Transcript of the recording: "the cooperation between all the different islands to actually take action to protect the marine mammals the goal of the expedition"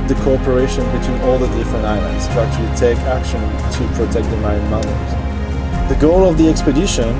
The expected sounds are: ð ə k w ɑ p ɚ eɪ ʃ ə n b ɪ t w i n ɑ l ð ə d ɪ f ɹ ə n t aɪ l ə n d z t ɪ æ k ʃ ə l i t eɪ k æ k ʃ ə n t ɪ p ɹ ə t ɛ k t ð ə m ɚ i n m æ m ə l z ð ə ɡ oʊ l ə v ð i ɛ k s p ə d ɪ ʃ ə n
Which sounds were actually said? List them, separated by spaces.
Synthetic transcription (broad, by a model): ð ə k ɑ p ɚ eɪ ʃ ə n b ɪ t w i n ɑ l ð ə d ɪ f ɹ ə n aɪ l ə n d z t ɪ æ k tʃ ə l i t eɪ k æ k ʃ ə n t ɪ p ɹ ə t ɛ k t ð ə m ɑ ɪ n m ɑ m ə z ð ə ɡ oʊ l ə v ð i ɛ k s p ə d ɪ ʃ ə n